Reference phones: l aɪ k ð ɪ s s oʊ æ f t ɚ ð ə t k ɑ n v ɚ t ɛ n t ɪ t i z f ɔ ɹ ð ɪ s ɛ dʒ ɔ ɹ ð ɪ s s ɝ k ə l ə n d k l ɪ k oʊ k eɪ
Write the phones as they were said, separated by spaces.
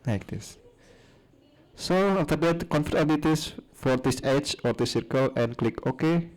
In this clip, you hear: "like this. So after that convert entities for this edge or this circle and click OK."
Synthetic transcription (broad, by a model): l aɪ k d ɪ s s oʊ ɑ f t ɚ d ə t k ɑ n f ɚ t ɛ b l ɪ t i s f ɔ ɹ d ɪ s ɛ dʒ ɔ ɹ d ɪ s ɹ k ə l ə n k l ɪ k oʊ k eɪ